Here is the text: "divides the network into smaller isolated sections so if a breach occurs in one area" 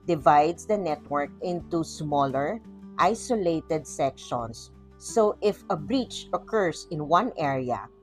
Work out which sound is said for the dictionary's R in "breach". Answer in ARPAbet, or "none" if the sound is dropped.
R